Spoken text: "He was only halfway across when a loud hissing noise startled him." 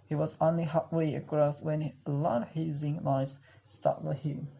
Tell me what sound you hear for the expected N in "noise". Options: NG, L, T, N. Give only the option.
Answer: L